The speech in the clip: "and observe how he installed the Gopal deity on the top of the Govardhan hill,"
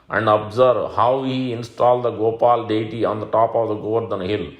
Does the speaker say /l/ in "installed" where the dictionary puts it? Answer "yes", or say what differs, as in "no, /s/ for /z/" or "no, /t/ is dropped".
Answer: yes